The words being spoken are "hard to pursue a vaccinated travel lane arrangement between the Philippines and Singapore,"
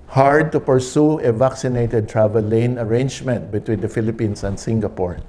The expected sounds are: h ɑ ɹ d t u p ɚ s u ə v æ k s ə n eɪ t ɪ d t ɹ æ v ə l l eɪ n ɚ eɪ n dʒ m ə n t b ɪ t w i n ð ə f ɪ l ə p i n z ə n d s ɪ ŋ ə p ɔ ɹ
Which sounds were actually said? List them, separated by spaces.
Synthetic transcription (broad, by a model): h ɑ ɹ d t u p ɚ s u ə v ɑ k s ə n eɪ t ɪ d t ɹ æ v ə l l eɪ n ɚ eɪ n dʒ m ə n t b ɪ t w i n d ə f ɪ l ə p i n s ə n d s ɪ ŋ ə p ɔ ɹ